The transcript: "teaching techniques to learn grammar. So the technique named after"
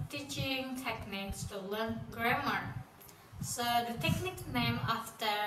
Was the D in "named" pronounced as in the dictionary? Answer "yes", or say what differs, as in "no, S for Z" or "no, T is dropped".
no, D is dropped